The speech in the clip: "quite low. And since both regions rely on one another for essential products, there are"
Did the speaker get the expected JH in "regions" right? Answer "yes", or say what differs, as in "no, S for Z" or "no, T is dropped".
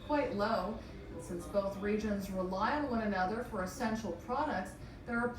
yes